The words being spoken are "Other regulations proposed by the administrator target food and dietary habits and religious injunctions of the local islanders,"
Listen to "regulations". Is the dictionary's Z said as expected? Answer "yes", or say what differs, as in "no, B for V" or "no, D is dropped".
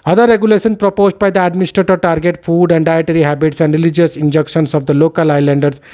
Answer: no, Z is dropped